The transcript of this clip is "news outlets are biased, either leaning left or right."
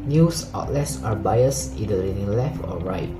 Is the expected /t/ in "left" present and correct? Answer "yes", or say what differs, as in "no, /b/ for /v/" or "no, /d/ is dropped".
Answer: yes